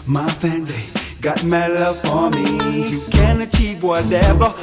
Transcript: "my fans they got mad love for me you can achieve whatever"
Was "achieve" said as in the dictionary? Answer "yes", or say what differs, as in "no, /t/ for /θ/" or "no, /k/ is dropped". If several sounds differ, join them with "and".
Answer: no, /p/ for /v/